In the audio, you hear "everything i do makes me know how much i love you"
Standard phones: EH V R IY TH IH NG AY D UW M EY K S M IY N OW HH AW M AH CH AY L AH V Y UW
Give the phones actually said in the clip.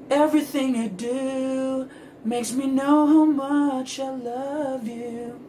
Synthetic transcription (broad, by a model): EH V R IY TH IH NG AY D UW M EY K S M IY N OW HH AW M AH CH AY L AH V Y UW